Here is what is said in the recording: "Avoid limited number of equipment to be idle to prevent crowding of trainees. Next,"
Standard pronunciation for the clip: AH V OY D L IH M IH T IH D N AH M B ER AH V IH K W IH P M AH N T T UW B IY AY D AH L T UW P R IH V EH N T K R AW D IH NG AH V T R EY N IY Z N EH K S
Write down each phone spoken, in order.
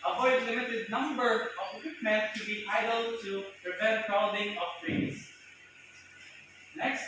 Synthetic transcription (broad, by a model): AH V OY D L IH M IH T IH D N AH M B ER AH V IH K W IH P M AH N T T UW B IY AY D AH L T UW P R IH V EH T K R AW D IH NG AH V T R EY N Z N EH K S